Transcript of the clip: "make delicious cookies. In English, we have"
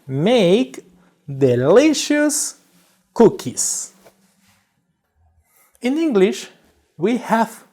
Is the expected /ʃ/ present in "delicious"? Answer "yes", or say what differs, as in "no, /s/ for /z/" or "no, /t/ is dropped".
yes